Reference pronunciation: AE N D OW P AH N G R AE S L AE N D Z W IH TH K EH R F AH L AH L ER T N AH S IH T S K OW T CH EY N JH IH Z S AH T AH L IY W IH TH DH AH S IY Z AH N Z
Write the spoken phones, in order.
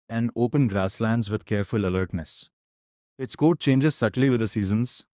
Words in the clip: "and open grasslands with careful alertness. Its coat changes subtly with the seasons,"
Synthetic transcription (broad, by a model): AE N D OW P AH N G R AE S L AE N D Z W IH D K EH R F AH L AH L ER T N AH S IH T S K OW T CH EY N JH IH Z S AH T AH L IY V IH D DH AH S IY Z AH N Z